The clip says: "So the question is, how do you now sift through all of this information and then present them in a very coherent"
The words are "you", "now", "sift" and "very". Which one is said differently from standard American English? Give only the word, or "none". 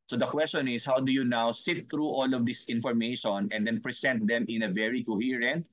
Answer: sift